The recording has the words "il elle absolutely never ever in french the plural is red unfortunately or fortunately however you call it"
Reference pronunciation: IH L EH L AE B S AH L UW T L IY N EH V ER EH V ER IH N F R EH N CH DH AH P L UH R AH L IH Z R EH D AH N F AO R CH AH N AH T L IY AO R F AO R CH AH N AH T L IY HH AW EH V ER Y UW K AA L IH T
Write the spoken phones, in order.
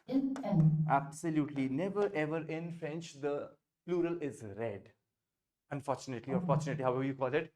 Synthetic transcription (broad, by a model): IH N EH N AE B S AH L UW T L IY N EH V ER EH V ER IH N F R EH N CH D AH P L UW R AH L IH Z R EH D AH N F AO R CH AH N AH T L IY AO R F AO R CH AH N AH T L IY HH AW EH V ER Y UW K AA L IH T